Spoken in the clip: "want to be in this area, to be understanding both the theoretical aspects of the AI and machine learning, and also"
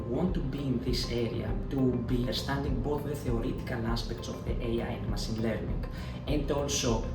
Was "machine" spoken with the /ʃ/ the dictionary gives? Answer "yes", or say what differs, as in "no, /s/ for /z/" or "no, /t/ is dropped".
no, /s/ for /ʃ/